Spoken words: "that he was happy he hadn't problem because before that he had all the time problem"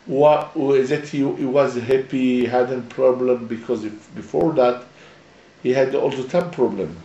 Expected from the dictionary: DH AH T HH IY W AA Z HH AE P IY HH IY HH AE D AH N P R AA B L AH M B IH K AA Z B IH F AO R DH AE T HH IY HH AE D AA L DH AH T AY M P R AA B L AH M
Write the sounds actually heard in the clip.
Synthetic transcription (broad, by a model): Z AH T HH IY W AA Z HH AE P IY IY HH AE D AH N P R AA B L AH M B IH K AA Z B IH F AO R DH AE T HH IY HH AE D AA L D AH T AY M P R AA B L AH M